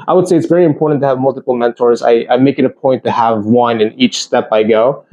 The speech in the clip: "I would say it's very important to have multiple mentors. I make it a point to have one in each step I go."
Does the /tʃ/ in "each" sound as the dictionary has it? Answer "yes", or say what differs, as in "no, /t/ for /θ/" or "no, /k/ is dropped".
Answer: yes